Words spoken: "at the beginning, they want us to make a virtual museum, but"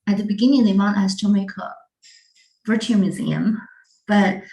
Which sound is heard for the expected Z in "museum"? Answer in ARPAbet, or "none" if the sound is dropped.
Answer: Z